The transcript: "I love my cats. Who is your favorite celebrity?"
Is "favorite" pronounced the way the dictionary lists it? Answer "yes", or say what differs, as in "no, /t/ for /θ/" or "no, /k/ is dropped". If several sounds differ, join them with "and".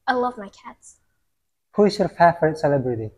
no, /f/ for /v/